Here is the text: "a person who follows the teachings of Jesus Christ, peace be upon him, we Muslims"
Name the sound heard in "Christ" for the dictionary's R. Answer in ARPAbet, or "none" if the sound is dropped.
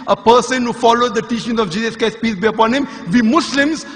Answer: none